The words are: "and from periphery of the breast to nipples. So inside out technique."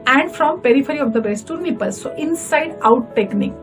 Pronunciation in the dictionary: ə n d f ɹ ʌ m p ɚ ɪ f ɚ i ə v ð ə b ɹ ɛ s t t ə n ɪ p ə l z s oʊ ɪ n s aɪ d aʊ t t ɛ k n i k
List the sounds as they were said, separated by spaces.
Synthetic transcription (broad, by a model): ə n d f ɹ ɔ m p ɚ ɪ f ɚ i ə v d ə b ɛ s t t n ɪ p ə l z s oʊ ɪ n s aɪ d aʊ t t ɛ k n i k